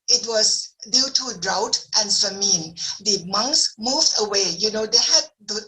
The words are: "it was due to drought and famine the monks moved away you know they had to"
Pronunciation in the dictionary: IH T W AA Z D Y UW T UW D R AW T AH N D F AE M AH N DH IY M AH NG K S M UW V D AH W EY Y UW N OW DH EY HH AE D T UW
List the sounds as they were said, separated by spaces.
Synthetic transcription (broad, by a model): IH T W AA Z D Y UW T UW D R AW T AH N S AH M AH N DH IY M AH NG K S M UW V D AH W EY Y UW N OW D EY HH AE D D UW